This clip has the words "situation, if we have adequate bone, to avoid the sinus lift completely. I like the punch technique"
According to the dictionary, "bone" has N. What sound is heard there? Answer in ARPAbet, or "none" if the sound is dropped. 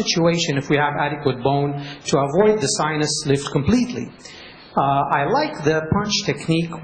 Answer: N